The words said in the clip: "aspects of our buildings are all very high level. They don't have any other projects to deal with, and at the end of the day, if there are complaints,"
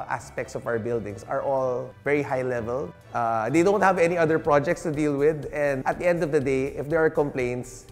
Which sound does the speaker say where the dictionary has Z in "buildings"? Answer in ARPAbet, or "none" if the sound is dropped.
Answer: S